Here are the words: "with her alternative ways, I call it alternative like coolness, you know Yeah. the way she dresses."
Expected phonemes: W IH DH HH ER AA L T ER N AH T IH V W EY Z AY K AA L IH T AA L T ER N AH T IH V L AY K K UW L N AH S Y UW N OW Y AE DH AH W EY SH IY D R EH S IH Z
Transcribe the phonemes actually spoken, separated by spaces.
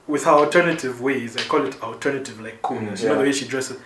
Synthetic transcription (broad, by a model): W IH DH HH ER AA L T ER N AH T IH V W EY Z AY K AA L IH T AA L T ER N AH T IH V L AY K K UW L N AH S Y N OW DH AH W EY SH IY D R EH S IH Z